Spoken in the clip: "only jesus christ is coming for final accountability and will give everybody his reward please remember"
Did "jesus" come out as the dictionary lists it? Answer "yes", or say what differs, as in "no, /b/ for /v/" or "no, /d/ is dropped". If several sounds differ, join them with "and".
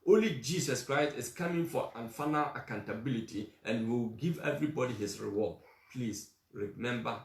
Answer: no, /s/ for /z/